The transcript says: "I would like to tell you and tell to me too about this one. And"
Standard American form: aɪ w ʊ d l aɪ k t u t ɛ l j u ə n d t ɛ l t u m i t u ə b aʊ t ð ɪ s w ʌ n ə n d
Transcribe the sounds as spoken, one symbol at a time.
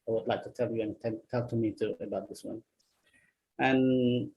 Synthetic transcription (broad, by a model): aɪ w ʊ d l aɪ k t u t ɛ l j u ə n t t ɛ l t u m i t u ə b aʊ t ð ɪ s w ʌ n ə n